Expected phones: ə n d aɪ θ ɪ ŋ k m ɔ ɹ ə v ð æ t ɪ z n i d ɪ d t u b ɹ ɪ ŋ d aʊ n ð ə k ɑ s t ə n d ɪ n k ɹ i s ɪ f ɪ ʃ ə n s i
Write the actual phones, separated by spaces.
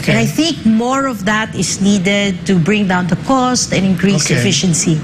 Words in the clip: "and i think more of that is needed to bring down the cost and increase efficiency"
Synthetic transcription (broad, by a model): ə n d aɪ θ ɪ ŋ k m ɔ ɹ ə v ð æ t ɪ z n i d ɪ d t u b ɹ ɪ ŋ d aʊ n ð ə k ɑ s t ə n ɪ n k ɹ i s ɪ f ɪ ʃ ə n s i